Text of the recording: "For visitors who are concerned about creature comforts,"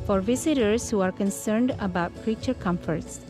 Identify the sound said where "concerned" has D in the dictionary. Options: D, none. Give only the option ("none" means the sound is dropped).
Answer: D